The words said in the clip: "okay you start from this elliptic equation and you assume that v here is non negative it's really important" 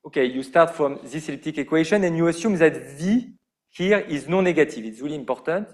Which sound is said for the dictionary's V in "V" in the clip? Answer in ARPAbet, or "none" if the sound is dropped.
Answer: V